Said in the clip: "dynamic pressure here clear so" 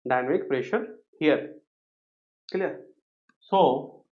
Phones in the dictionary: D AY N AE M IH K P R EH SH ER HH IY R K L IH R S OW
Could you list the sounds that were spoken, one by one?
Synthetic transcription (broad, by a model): D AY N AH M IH K P R EH SH ER HH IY R K L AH R S OW